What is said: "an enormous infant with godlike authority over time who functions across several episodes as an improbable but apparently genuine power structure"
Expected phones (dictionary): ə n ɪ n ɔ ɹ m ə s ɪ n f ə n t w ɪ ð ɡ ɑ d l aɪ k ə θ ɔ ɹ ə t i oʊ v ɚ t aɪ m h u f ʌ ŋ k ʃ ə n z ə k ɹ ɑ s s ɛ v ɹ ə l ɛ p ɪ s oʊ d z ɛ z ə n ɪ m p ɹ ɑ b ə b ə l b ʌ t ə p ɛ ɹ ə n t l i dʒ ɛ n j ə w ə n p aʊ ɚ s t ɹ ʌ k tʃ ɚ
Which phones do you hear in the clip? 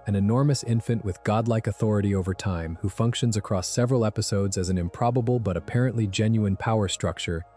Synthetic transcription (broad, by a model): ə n ɪ n ɔ ɹ m ə s ɪ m f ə n t w ɪ ð ɡ ɑ d l aɪ k ə θ ɔ ɹ ə t i oʊ v ɚ t aɪ m h u f ʌ ŋ k ʃ ə n z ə k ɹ ɑ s s ɛ v ɹ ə l ɛ p ɪ s oʊ d z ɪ z n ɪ m p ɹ ɑ b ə b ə l b ʌ t ə p ɛ ɹ ə n t l i dʒ ɛ n j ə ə n p aʊ ɚ s t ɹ ʌ k tʃ ɚ